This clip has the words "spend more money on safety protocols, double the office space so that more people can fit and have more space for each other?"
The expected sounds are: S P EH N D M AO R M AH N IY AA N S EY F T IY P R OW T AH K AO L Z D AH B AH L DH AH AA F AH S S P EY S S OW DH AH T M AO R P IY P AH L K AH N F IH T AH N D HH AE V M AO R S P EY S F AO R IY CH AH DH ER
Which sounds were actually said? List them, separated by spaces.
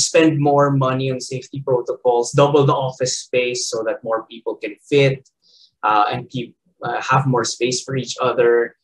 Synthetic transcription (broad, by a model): S P EH N D M AO R M AH N IY AA N S EY F T IY P R OW T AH K AO L S D AH B AH L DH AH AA F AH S S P EY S S OW DH AH T M AO R P IY P AH L K AH N F IH T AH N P HH AE V M AO R S P EY S F AO R IY CH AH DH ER